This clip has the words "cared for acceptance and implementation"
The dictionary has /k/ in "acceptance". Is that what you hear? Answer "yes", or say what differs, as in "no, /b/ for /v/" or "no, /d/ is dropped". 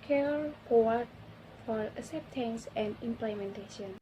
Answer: no, /k/ is dropped